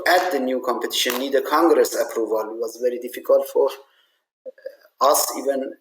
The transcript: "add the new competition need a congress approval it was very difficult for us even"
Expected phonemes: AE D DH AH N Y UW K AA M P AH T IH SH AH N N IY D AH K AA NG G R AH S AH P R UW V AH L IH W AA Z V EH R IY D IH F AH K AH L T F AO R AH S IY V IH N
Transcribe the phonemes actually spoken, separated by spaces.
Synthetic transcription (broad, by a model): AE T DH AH N Y UW K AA M P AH T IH SH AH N N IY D AH K AA NG G R AH S AH P R UW V AH L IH W AA Z V EH R IY D IH F AH K AH L T F AO R AH S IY V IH N